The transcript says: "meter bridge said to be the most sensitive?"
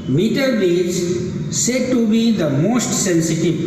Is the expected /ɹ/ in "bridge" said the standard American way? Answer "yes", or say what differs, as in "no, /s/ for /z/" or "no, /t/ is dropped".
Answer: no, /ɹ/ is dropped